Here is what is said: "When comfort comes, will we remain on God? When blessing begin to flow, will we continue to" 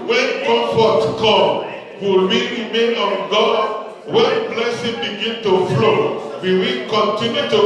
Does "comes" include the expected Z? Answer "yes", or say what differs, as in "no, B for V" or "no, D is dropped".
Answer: no, Z is dropped